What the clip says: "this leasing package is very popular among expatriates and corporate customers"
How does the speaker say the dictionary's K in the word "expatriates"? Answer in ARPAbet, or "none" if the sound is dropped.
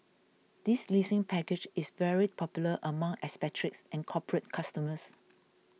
none